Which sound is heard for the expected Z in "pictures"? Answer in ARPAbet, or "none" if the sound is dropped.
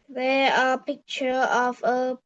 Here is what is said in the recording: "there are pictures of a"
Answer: none